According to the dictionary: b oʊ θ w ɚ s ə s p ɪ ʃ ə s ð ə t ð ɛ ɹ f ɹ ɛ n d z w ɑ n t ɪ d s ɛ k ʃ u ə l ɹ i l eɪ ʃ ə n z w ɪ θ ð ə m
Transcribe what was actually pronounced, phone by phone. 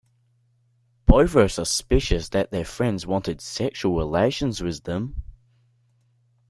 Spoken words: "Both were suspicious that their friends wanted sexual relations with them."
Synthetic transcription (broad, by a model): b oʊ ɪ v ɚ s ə s p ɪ ʃ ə s ð ə t ð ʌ ɹ f ɹ ɛ n d z w ɑ n t ɪ d s ɛ k ʃ u ə l ɹ i l eɪ ʃ ə n z w ɪ ð ə m